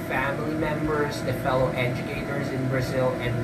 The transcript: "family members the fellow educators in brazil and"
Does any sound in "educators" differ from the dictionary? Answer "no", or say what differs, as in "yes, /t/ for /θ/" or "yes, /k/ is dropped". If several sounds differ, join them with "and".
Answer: no